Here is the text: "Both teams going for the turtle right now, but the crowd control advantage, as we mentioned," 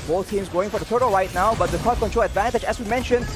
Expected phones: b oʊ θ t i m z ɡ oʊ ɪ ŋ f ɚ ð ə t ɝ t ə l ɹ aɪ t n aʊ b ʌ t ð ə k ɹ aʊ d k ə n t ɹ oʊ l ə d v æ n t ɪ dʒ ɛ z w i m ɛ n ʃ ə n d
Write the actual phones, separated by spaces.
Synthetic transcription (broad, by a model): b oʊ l t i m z ɡ oʊ ɪ ŋ f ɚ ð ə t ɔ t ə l ɹ aɪ t n aʊ b ʌ t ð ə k aʊ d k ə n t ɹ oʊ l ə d v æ n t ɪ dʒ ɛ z w i m ɛ n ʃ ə n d